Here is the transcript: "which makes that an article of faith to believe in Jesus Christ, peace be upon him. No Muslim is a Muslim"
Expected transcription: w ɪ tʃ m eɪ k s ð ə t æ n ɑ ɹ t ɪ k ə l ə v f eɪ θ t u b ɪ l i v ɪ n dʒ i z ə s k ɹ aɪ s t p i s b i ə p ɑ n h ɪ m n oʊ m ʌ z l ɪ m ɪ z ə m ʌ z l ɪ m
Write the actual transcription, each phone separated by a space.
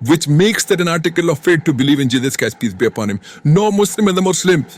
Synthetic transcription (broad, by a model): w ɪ tʃ m eɪ k s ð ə t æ n ɑ ɹ t ɪ k ə l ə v f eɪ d t u b ɪ l i v ɪ n dʒ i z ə s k aɪ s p i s b i ə p ɑ n h ɪ m n oʊ m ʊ s l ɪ m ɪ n ə m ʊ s l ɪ m